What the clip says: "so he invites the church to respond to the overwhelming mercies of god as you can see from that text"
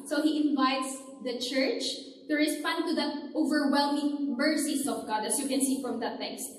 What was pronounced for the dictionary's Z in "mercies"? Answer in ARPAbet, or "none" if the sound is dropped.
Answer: S